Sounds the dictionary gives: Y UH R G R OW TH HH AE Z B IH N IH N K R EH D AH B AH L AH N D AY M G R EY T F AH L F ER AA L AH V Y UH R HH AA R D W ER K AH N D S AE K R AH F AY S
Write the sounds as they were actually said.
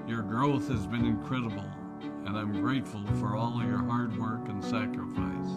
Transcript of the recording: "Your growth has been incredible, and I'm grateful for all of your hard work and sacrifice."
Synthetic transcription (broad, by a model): Y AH R G R OW TH HH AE Z B IH N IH N K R EH D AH B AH L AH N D AY M G R EY T F AH L F ER AA L AH V Y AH R HH AA R D W ER K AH N S AE K R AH F AY S